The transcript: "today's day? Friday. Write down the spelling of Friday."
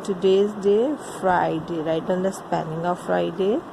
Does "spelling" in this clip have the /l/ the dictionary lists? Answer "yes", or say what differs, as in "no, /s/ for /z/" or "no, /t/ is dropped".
no, /n/ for /l/